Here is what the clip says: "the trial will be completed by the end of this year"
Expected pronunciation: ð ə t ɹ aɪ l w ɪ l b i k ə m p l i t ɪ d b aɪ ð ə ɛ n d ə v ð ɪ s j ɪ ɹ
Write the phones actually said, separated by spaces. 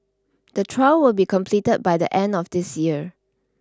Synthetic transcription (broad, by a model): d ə t ɹ aɪ l w ɪ l b i k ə m p l i t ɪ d b aɪ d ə ɛ n d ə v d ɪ s j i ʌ